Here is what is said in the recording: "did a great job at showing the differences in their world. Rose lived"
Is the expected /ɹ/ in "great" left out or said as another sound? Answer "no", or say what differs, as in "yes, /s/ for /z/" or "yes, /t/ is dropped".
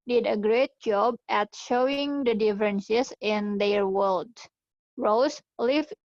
no